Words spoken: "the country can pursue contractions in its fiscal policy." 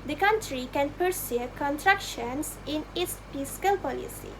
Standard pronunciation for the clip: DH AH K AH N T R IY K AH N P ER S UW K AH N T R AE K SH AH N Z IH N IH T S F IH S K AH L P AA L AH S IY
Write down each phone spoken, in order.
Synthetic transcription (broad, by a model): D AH K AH N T R IY K AH N P ER S UW K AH N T R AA K SH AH N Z IH N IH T S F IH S K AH L P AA L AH S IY